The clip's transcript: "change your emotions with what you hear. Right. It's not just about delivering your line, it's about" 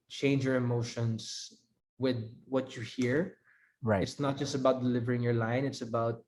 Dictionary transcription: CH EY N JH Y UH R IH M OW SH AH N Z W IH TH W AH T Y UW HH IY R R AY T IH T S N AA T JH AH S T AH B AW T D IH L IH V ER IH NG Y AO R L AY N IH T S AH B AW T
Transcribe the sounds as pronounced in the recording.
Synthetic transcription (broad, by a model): CH EY N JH Y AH R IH M OW SH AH N S W IH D W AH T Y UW HH IY R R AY IH T S N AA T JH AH S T AH B AW T D IH L IH V ER IH NG Y AO R L AY N IH T S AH B AW T